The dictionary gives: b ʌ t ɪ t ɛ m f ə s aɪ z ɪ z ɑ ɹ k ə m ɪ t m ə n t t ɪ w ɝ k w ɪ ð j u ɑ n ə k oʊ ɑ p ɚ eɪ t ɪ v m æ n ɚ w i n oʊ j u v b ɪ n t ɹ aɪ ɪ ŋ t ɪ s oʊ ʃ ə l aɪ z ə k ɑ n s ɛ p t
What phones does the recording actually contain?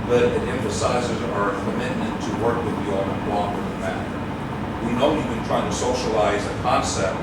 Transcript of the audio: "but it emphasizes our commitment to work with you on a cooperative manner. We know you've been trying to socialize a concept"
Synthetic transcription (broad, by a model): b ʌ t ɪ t ɛ m f ə s aɪ z ɪ z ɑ ɹ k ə m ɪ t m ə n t t ɪ w ɝ k w ɪ ð j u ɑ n ə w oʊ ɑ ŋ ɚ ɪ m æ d ɚ w i n oʊ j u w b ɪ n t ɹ aɪ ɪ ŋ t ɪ s oʊ ʃ ə l aɪ z ə k ɑ n s ɛ p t